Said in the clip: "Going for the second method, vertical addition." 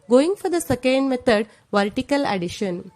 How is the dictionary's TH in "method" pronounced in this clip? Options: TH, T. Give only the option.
T